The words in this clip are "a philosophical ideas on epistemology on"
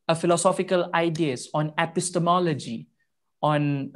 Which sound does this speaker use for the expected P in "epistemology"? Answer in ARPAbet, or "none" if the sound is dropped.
P